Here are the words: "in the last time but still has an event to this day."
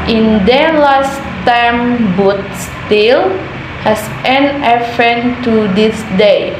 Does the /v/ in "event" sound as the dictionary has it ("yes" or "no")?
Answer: no